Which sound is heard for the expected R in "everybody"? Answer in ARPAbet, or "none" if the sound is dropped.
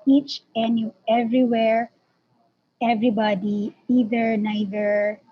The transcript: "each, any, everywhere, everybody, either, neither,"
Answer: R